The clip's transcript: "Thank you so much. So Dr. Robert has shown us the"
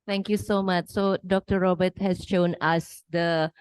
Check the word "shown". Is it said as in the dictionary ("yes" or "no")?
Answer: yes